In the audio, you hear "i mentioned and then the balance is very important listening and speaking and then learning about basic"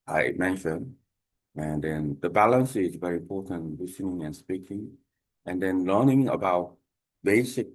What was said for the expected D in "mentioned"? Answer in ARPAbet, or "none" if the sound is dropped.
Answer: none